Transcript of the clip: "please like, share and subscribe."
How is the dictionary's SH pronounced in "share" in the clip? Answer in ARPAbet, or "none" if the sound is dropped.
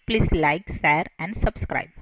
S